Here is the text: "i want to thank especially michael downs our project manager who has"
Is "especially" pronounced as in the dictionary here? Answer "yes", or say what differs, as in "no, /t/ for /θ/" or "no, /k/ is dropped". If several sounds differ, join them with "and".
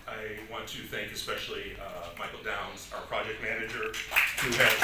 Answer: yes